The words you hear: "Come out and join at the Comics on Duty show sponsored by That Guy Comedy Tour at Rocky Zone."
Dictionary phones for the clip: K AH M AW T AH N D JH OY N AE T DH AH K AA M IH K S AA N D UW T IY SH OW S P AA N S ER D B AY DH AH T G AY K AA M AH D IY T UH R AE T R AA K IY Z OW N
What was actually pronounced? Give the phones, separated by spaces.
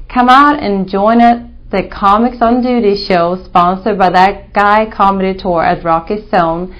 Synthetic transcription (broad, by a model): K AH M AW T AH N JH OY N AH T DH AH K AA M IH K S N D UW T IY SH OW S P AA N S ER D B AY DH AH T G AY K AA M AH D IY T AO R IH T R AA K IY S OW N